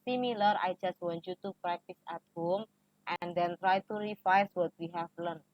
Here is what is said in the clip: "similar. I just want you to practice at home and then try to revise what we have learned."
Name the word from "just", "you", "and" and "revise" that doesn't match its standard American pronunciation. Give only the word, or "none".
revise